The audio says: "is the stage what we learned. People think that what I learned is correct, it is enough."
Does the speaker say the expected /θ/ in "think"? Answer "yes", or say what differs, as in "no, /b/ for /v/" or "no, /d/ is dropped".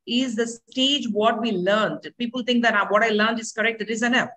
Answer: no, /t/ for /θ/